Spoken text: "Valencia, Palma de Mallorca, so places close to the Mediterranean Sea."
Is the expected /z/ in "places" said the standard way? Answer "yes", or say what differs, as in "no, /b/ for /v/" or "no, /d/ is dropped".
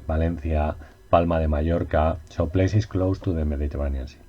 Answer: no, /s/ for /z/